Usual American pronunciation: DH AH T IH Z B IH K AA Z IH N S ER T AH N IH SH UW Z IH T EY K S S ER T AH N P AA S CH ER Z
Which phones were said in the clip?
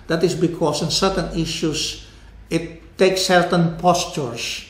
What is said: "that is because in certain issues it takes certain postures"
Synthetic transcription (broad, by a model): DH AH T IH S B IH K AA S IH N S ER T AH N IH SH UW S IH T EY K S S ER T AH N P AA S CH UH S